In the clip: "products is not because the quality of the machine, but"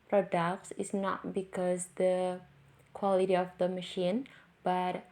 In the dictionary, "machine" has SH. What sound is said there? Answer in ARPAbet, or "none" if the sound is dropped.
SH